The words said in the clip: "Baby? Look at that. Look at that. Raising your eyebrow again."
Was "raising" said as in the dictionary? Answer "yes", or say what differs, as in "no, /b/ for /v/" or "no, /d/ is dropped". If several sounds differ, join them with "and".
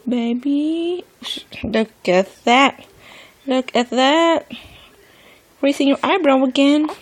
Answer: no, /s/ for /z/